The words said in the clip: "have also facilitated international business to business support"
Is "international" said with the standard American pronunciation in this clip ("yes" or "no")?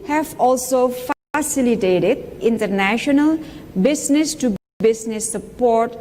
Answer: yes